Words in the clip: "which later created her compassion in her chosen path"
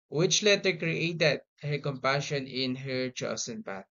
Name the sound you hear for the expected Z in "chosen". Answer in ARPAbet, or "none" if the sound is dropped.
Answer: S